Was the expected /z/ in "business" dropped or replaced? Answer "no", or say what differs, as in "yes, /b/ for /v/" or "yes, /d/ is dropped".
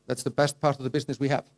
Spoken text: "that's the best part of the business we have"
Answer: no